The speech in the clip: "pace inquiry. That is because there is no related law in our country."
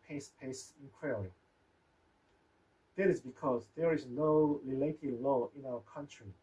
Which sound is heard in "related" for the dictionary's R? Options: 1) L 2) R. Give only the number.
1